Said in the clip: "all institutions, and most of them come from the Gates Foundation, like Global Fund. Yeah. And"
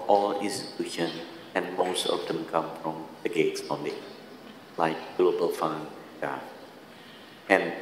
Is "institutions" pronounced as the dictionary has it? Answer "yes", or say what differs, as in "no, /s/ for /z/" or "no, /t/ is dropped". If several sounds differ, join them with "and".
no, /z/ is dropped